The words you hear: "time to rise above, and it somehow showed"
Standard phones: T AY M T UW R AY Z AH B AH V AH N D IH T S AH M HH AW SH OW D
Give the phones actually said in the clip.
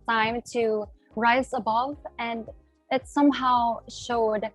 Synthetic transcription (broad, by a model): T AY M T UW R AY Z AH B AH V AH N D IH T S AH M HH AW SH OW D